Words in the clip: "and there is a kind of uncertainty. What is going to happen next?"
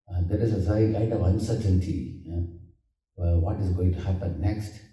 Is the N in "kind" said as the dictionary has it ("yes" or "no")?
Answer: no